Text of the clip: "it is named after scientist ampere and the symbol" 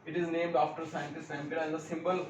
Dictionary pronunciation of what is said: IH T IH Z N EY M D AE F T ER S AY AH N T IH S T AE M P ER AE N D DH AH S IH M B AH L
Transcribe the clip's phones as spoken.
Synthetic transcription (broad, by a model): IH T IH Z N EY M D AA F T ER S AY AH N T IH S T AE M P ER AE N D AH S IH M B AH L